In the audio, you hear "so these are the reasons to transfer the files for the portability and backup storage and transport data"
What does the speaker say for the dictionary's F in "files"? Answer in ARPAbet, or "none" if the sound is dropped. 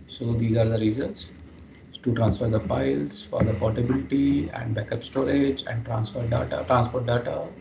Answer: P